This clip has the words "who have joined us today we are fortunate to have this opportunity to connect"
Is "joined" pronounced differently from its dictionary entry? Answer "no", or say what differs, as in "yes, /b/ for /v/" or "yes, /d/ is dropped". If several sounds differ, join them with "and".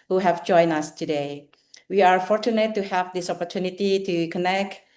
yes, /d/ is dropped